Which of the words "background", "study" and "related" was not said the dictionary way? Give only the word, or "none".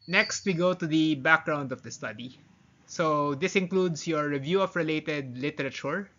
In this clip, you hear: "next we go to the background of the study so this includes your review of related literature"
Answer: none